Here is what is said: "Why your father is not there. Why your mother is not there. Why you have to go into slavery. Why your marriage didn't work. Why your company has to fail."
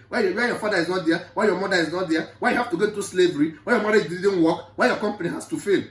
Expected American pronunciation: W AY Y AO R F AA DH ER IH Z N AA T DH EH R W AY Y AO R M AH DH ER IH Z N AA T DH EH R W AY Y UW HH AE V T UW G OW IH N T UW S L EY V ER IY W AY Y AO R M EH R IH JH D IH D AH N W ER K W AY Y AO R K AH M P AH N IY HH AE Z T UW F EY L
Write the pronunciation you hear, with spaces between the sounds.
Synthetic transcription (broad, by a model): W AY Y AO F AA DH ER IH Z N AA T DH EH W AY Y AO M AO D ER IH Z N AA T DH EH W AY Y UW HH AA F T UW G OW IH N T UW S L EY V ER IY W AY Y AO M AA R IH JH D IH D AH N W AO K W AY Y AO K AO M P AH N IY HH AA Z T UW F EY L